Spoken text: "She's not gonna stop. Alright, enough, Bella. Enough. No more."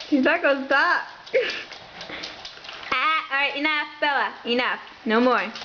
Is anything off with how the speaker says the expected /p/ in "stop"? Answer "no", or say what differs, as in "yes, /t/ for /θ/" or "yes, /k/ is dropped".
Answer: yes, /p/ is dropped